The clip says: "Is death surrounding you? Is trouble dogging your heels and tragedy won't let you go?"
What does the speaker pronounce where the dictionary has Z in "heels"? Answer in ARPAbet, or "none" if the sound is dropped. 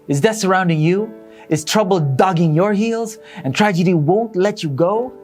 Z